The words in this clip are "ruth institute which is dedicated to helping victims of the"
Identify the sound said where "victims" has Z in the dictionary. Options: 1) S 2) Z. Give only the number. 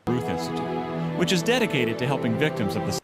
2